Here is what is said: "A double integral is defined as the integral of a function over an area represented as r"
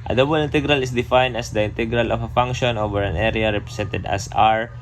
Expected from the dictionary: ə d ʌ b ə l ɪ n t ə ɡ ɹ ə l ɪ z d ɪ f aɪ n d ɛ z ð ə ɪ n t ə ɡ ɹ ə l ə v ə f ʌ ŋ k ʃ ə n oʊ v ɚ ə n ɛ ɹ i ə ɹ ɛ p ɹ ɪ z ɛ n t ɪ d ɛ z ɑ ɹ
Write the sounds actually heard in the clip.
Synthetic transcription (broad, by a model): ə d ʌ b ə l ɪ n t ə ɡ ɹ ə l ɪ s d ɪ f aɪ n d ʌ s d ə ɪ n t ə ɡ ɹ ə l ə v ə f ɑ ŋ k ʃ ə n oʊ v ɚ ə n ɛ ɹ i ə ɹ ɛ p ɹ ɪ s ɛ n t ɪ d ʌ s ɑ ɹ